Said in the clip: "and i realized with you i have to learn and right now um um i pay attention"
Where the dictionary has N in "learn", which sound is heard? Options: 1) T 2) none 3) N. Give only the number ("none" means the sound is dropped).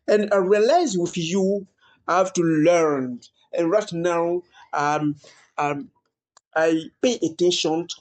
3